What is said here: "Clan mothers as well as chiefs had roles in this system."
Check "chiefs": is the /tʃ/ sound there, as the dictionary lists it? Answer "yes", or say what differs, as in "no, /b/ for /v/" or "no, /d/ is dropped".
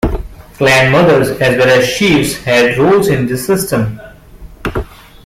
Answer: no, /ʃ/ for /tʃ/